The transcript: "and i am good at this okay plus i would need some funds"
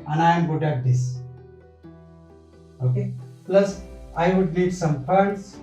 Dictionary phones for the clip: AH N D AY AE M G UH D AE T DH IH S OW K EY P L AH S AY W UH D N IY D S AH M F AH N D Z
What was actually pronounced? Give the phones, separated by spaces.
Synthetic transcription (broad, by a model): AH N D AY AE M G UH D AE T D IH S OW K EY P L AH S AY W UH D L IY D S AH M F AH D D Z